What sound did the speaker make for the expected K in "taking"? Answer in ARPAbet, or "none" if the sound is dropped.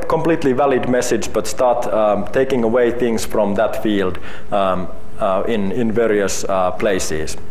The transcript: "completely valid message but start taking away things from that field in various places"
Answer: K